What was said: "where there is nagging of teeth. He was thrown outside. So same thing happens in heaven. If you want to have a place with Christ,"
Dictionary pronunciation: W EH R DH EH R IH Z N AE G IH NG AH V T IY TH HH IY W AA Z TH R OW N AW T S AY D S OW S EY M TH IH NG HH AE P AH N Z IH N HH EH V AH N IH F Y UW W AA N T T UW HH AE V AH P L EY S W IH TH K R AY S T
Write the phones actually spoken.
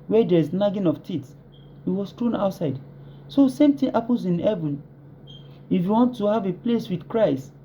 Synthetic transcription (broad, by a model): W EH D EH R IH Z N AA G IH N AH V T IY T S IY W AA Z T R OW N AW T S AY D S OW S EY M T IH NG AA P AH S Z IH N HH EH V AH N IH F Y UW W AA N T T UW HH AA V AH P L EY S W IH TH K R AY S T